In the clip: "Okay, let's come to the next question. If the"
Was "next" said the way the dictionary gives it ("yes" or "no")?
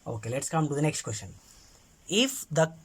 yes